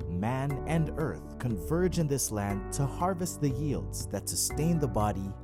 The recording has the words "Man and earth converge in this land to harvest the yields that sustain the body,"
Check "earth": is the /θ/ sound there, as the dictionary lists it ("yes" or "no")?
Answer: yes